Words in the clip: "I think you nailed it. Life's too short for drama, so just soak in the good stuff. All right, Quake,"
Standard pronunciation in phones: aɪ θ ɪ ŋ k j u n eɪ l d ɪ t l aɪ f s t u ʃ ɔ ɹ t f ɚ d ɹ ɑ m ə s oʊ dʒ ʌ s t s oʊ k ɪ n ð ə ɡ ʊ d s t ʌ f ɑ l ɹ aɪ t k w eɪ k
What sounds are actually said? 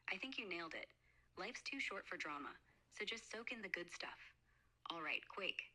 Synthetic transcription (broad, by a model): aɪ θ ɪ ŋ k j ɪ n eɪ l d ɪ t l aɪ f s t u ʃ ɔ ɹ t f ɚ d ɹ ɑ m ə s oʊ dʒ ʌ s t s oʊ k ɪ n ð ə ɡ ʊ d s t ʌ f ɑ l ɹ aɪ t k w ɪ k